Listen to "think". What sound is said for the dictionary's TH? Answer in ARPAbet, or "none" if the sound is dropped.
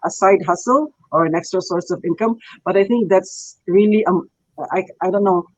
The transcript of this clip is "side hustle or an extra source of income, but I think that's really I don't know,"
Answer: T